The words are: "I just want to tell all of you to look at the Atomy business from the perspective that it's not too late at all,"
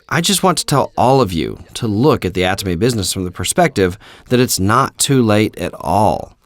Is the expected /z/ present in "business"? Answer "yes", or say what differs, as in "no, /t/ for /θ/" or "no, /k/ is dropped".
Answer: yes